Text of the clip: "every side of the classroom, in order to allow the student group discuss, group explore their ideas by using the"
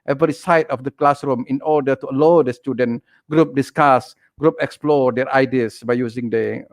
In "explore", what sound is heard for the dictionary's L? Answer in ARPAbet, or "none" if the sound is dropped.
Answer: L